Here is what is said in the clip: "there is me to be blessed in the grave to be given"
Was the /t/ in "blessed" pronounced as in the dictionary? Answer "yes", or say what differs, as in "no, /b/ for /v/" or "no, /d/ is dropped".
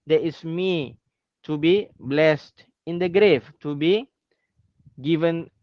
yes